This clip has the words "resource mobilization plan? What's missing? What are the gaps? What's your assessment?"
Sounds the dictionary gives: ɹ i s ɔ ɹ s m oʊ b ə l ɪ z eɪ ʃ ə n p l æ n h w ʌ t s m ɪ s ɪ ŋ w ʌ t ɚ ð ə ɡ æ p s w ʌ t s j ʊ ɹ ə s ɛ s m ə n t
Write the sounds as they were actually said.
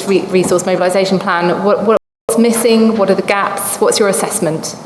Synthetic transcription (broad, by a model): ɹ i s ɔ s m oʊ b ə l ɪ z eɪ ʃ ə n p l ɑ n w w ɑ t s m ɪ s ɪ ŋ w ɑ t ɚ ð ə ɡ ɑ p s w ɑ t s j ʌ ɹ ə s ɛ s m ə n t